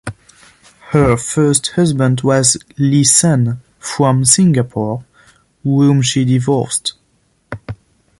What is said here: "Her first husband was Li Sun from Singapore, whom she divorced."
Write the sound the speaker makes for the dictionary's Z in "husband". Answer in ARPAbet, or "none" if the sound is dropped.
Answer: Z